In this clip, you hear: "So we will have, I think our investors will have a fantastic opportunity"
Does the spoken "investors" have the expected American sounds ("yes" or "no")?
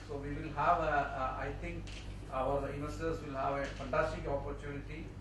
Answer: no